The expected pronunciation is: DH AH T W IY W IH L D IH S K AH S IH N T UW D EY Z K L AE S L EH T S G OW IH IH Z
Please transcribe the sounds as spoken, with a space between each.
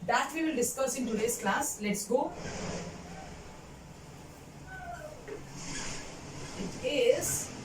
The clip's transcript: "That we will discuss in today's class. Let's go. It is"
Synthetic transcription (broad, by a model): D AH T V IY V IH L D IH S K AH S IH N T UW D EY S K L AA S L EH T S G OW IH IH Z